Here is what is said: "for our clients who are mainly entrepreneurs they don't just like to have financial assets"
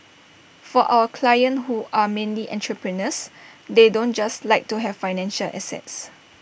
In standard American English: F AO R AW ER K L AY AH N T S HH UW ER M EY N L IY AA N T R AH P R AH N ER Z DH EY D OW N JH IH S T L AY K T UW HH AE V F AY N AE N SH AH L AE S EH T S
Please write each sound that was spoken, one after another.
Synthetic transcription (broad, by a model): F AO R AW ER K L AY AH N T HH UW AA M EY N L IY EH N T R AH P R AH N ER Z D EY D OW N JH IH S T L AY K T UW HH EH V F AY N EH N SH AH L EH S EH T S